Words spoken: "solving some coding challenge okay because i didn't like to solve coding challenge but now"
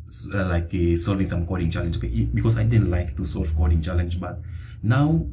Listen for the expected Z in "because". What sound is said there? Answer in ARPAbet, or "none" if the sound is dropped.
S